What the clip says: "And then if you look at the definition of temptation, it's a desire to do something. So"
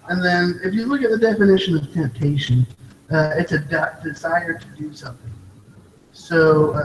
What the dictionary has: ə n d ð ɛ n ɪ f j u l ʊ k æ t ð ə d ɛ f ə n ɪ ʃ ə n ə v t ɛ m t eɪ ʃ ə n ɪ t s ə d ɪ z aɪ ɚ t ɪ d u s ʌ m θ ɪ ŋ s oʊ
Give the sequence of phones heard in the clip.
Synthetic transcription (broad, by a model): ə n ð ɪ n ɪ f j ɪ l ʊ k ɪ t ð ə d ɛ f ə n ɪ ʃ ə n ə v t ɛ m t eɪ ʃ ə n ɪ t s ə d ɪ z aɪ ɚ t ɪ d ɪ s ʌ m θ ɪ ŋ s oʊ